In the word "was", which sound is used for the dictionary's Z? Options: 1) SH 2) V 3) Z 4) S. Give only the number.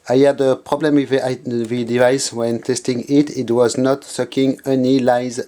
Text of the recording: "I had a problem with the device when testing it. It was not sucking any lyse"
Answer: 3